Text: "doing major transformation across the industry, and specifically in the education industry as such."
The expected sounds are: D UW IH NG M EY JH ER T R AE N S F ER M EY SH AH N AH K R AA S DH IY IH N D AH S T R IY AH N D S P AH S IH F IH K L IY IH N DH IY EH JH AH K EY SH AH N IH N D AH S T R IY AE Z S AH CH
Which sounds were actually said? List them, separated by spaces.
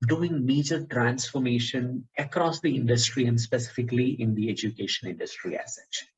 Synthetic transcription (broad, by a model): D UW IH NG M EY JH ER T R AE N S F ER M EY SH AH N AH K R AA S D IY IH N D AH S T R IY AH N D S P AH S IH F IH K L IY IH N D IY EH JH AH K EY SH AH N IH N D AH S T R IY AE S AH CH